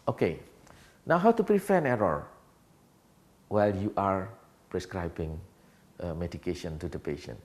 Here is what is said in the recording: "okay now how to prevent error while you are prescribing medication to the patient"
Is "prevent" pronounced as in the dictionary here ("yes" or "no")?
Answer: no